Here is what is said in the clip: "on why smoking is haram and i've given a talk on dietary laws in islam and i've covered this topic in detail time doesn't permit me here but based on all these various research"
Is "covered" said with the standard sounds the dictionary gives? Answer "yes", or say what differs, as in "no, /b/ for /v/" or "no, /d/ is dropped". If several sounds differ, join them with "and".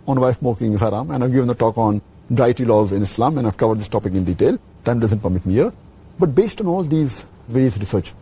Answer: yes